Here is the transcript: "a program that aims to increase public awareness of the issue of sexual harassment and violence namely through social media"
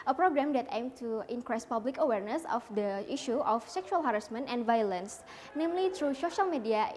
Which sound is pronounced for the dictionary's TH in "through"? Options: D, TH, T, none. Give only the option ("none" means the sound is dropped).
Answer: T